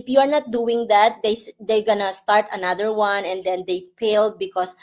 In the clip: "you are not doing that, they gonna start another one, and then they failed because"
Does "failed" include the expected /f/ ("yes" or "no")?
no